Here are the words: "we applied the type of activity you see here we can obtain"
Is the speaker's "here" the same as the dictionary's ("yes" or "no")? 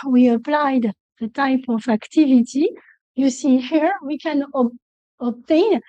yes